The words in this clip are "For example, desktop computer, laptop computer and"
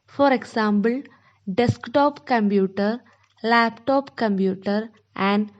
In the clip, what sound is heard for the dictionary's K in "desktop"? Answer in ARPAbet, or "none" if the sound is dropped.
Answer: K